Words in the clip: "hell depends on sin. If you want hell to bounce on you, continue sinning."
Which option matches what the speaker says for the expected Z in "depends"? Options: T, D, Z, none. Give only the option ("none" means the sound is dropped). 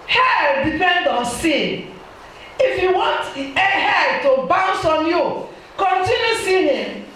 none